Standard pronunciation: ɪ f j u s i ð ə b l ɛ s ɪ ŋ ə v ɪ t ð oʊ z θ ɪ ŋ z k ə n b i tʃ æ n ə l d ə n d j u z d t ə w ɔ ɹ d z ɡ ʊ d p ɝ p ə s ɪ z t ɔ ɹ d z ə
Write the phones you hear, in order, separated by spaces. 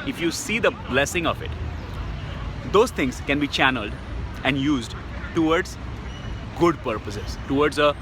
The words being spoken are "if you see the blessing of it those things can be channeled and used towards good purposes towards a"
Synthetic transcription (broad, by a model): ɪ f j u s i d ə b l ɛ s ɪ ŋ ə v ɪ t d oʊ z t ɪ ŋ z k ə n b i tʃ æ n ə l d ə n d j u z d t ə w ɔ ɹ d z ɡ ʊ d p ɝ p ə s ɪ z t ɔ ɹ d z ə